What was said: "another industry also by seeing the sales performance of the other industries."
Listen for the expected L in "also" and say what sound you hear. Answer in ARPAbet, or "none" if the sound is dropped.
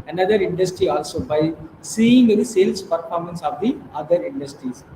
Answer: L